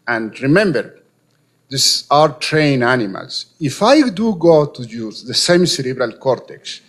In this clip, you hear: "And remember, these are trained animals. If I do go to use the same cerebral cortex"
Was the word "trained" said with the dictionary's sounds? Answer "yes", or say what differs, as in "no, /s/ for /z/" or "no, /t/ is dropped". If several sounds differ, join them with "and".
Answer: no, /d/ is dropped